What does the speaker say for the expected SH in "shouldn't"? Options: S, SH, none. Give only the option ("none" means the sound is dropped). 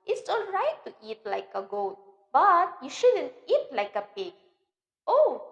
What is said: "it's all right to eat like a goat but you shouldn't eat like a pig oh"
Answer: SH